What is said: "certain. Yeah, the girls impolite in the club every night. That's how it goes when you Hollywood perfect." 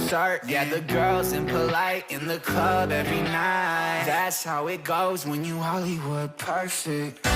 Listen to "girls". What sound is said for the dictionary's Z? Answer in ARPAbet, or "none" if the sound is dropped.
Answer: Z